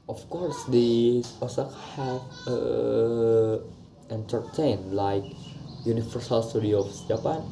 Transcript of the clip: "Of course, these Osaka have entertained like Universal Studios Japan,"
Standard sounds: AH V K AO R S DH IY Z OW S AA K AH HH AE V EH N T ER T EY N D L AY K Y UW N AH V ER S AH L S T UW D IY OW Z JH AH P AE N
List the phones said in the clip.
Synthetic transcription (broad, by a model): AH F K AO R S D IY OW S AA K HH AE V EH N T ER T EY N L AY K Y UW N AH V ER S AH L S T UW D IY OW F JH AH P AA N